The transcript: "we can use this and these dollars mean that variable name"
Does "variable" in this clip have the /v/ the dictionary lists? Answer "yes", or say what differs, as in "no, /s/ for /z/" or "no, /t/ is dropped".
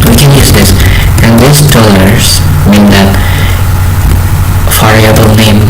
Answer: no, /f/ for /v/